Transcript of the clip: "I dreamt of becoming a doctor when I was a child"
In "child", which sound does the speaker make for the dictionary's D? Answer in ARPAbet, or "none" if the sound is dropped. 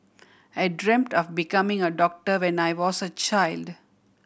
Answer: D